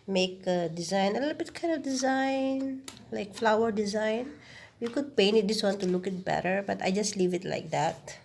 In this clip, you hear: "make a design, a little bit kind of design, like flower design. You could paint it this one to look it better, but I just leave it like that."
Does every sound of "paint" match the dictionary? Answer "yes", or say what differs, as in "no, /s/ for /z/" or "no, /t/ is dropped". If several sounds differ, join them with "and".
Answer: no, /t/ is dropped